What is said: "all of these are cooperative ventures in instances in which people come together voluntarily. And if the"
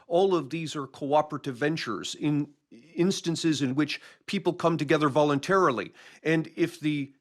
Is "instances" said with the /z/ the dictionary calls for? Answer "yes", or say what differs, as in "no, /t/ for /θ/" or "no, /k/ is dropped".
yes